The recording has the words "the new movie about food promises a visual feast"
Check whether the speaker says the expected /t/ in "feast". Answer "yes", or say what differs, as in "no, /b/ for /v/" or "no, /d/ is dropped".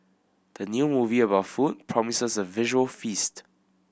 yes